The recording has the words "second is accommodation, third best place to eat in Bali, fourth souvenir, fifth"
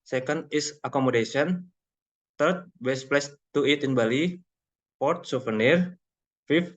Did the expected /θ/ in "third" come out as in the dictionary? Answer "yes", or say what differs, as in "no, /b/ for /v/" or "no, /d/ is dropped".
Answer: no, /t/ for /θ/